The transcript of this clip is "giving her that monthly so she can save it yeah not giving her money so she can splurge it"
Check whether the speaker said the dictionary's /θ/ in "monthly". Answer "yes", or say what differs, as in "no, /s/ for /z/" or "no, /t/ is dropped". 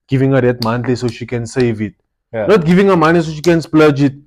no, /t/ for /θ/